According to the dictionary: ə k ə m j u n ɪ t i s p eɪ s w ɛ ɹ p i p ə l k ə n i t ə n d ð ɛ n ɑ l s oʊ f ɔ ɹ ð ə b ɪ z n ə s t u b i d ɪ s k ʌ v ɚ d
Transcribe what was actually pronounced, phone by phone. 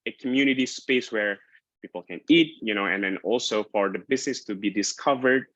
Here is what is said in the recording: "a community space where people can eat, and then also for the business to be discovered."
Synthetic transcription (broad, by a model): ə k ə m j u n ɪ t i s p eɪ s w ɛ ɹ p i p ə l k ə n i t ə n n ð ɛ n ɑ l s oʊ f ɔ ɹ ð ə b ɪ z n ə s t u b i d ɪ s k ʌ v ɚ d